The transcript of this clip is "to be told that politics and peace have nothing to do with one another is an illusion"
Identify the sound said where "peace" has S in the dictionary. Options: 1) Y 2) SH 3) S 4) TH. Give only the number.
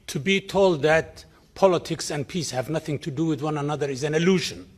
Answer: 3